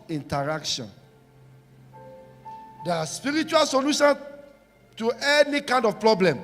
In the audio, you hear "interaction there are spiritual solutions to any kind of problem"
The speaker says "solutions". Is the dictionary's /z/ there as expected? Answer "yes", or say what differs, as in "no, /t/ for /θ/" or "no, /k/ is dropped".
no, /z/ is dropped